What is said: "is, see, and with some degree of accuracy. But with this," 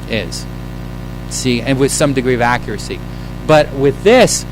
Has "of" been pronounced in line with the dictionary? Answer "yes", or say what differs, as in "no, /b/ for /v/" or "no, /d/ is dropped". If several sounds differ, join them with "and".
yes